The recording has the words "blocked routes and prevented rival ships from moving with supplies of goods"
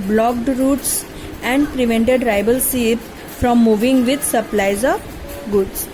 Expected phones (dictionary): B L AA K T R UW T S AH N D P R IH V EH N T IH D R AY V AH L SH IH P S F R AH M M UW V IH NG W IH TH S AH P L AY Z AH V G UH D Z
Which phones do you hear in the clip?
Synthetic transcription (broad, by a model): B L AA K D R UW T S AH N D P R IH V EH N T IH D R AY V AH L S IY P F R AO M M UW V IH NG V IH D S AH P L AY Z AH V G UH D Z